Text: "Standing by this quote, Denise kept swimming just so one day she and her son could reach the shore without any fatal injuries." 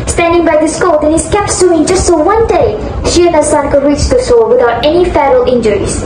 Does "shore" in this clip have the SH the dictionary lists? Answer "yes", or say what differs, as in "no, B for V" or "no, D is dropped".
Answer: no, S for SH